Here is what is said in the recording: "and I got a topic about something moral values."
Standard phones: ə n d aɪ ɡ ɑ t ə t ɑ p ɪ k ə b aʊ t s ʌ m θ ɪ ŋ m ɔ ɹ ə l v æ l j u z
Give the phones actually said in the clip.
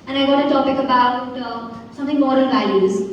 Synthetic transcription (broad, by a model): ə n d aɪ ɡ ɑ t ə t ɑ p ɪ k ə b aʊ t s ʌ m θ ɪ ŋ m ɔ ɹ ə n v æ l j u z